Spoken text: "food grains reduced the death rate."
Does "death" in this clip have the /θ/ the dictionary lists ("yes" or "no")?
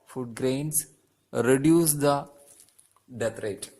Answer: no